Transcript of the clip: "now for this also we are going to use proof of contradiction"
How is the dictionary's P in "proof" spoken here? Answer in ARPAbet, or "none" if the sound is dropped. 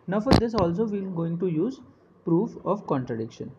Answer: P